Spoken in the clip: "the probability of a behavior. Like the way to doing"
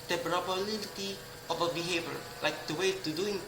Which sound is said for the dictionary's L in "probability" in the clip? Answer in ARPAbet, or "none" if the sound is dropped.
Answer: N